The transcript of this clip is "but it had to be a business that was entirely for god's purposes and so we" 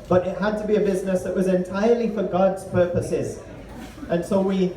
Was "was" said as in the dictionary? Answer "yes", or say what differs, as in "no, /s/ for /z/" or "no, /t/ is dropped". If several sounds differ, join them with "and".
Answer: yes